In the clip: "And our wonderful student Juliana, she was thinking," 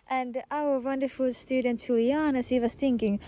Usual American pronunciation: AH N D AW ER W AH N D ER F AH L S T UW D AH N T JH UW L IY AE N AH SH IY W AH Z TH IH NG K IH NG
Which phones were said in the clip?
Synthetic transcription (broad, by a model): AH N D AW ER W AH N D ER F AH L S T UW D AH N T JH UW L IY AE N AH S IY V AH S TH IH NG K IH NG